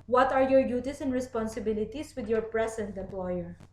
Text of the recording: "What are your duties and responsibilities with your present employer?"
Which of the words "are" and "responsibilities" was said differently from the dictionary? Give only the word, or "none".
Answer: responsibilities